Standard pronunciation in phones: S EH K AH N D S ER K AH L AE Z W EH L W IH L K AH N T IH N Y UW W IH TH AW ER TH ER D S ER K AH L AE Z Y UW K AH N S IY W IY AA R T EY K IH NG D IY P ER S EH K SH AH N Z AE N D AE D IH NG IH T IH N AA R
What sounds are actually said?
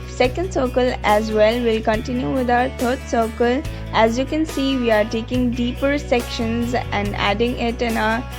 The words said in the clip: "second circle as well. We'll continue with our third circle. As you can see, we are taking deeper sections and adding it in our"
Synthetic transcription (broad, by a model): S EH K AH N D S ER K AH L AE Z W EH L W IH L K AH N T IH N Y UW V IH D AW ER T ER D S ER K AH L AE Z Y UW K AH N S IY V IY AA R T EY K IH NG D IY P ER S EH K SH AH N Z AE N D AE D IH NG IH T IH N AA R